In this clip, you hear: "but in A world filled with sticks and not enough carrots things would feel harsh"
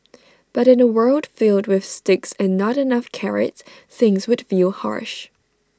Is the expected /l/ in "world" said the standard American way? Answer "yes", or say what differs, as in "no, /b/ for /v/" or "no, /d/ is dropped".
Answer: yes